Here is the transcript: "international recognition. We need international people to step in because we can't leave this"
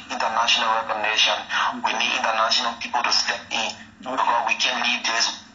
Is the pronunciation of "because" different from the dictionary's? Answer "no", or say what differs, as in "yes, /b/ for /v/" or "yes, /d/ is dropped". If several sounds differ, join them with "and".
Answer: yes, /z/ is dropped